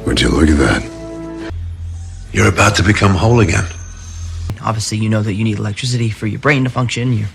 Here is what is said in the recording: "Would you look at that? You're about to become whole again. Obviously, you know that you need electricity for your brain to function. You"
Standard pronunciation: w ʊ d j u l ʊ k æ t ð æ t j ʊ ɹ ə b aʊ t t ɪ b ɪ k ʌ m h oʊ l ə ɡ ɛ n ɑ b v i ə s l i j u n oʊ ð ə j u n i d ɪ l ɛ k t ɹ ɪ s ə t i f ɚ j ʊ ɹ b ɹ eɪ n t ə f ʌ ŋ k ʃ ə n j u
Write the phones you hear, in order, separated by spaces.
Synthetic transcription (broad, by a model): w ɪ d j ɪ l ʊ k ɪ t ð æ t j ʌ ɹ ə b aʊ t t ɪ b ɪ k ʌ m h oʊ l ə ɡ ɛ n ɑ b v i ə s l i j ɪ n oʊ ð ə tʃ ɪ n i d ɪ l ɛ k t ɹ ɪ s ə t i f ɚ j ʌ ɹ b ɹ eɪ n t ə f ʌ ŋ k ʃ ə n j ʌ